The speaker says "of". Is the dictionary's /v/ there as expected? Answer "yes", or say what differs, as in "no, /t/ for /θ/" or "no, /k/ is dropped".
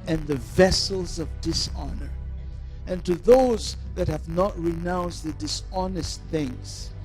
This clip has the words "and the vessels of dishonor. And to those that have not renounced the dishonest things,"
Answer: yes